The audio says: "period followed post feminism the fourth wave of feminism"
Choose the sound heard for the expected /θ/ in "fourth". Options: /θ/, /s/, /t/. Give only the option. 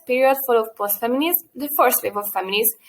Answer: /s/